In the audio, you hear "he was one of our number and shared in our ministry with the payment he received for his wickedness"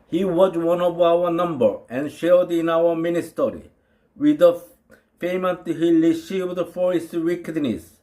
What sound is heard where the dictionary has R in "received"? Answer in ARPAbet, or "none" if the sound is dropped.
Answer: L